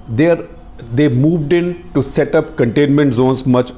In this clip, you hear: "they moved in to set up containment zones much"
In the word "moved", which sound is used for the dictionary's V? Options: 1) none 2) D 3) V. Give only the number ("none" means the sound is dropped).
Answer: 3